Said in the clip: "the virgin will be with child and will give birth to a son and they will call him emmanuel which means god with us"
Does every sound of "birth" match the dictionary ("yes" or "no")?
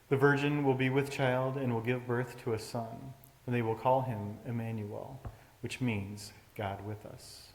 yes